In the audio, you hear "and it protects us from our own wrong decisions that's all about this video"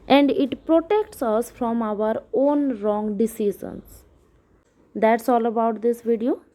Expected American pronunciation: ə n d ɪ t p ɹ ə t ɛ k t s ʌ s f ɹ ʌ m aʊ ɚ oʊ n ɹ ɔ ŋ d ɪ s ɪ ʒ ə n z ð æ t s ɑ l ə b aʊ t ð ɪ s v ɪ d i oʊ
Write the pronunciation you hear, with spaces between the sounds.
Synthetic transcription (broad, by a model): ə n d ɪ t p ɹ ə t ɛ k t s ʌ s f ɹ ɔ m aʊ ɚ oʊ n ɹ ɔ ŋ d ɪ s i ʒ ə n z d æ t s ɑ l ə b aʊ t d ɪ s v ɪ d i oʊ